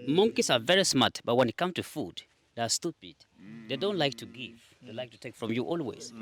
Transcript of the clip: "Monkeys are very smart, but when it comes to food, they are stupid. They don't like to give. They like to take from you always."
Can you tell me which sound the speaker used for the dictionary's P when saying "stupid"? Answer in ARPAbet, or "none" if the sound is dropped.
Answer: P